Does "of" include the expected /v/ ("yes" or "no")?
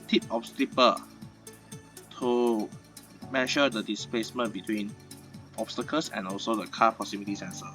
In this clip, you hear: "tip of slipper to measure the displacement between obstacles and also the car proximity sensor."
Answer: no